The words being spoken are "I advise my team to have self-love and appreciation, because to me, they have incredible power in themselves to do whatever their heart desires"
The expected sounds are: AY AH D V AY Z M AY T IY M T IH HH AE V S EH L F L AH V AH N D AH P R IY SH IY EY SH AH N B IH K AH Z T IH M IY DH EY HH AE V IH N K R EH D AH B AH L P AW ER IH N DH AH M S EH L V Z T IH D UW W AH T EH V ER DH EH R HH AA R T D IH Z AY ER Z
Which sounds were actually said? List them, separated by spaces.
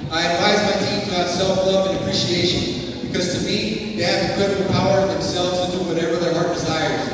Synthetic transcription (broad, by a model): AY AH D V AY Z M AY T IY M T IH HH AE S EH L F L AH V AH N AH P R IY SH IY EY SH AH N B IH K AH Z T IH M IY DH EY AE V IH K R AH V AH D P AW ER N DH AH M S EH L V Z T IH D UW W AH T EH V ER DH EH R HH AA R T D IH Z AY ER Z